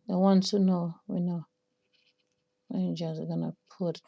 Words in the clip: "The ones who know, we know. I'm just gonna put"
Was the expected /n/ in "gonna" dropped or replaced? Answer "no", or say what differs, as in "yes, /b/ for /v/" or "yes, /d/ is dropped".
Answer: no